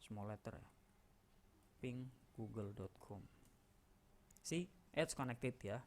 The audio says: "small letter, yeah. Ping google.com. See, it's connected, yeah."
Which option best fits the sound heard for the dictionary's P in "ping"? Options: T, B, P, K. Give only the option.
P